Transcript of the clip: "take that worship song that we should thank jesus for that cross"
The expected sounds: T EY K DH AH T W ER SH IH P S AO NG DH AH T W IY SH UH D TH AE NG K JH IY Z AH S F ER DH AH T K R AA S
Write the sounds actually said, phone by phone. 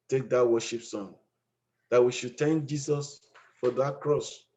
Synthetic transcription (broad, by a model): T EY K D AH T W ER SH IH P S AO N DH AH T W IY SH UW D T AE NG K JH IY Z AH S F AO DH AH T K R AA S